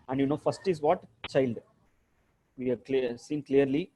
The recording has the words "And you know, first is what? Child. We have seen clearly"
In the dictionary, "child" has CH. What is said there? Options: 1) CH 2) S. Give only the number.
1